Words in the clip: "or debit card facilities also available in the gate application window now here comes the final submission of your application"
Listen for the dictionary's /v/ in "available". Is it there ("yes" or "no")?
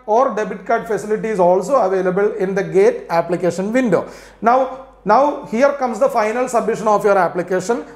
yes